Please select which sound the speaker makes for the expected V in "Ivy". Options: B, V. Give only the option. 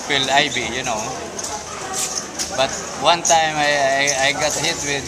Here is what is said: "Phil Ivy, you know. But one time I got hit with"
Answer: B